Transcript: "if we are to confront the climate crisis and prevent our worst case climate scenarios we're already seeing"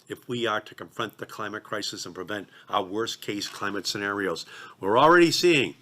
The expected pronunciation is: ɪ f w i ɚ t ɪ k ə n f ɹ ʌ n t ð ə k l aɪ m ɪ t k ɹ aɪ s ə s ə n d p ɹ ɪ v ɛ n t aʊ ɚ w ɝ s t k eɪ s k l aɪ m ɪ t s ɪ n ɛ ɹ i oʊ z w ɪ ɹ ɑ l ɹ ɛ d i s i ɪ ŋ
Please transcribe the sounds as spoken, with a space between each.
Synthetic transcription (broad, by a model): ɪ f w i ɚ t ɪ k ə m f ɹ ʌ n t ð ə k l aɪ m ɪ t k ɹ aɪ s ə s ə n p ɹ ɪ v ɛ n t aʊ ɚ w ɝ s k eɪ s k l aɪ m ɪ t s ɪ n ɛ ɹ i oʊ z w ɪ ɹ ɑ l ɹ ɛ d i s i ɪ ŋ